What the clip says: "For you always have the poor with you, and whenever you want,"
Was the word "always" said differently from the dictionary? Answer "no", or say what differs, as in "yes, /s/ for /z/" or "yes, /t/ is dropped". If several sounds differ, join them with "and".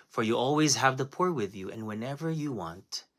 no